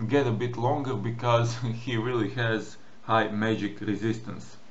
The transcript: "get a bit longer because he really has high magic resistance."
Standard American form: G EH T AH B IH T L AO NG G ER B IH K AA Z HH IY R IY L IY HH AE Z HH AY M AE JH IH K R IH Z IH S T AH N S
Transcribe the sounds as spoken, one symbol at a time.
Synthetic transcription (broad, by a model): G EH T AH B IH T L AO NG G ER B IH K AA Z HH IY R IY L IY HH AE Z HH AY M AE JH IH K R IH Z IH S T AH N S